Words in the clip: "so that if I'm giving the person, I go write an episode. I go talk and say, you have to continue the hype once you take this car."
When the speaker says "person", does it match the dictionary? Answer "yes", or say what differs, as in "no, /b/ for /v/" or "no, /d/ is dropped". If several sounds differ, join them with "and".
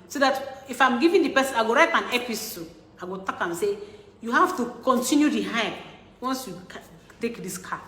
no, /n/ is dropped